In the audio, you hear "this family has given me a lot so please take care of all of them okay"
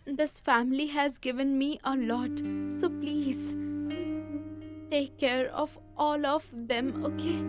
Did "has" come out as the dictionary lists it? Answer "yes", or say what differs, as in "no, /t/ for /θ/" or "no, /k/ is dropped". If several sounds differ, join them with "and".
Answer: yes